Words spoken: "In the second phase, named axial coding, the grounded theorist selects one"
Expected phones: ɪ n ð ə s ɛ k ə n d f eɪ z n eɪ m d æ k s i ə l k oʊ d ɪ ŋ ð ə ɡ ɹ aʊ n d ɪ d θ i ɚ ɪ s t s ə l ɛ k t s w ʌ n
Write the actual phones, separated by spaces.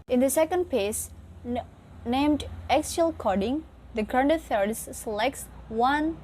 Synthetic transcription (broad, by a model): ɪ n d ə s ɛ k ə n d p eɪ s n eɪ m d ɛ k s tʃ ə l k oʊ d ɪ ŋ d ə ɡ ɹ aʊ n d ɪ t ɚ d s s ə l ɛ k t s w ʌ n